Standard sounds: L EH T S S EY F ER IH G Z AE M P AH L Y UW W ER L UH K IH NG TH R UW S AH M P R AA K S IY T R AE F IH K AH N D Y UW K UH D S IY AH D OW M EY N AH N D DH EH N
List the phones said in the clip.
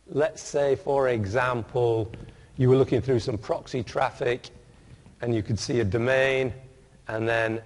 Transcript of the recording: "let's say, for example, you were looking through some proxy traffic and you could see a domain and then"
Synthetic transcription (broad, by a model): L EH T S S EY F ER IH G Z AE M P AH L Y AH W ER L UH K IH NG TH R UW S AH M P R AA K S IY T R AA F IH K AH N Y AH K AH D S IY AH D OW M EY N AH N DH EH N